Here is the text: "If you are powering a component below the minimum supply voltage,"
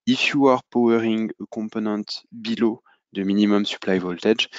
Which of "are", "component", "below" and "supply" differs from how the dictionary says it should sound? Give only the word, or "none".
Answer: component